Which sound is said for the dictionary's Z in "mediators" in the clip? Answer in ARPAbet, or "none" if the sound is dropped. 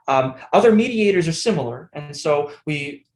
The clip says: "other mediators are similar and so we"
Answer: Z